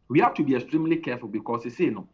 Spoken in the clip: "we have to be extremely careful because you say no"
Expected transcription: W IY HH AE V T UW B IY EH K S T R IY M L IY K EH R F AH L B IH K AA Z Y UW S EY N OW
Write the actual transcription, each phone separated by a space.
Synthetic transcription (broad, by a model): W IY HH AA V T UW B IY EH K S T R IY M L IY K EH F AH L B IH K AA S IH S EY N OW